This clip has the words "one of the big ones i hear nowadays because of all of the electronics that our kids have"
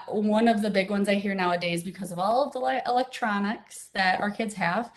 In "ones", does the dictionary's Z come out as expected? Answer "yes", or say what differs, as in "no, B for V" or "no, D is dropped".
yes